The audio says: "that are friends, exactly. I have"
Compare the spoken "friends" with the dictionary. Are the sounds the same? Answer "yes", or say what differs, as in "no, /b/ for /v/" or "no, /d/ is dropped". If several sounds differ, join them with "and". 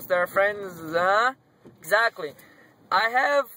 yes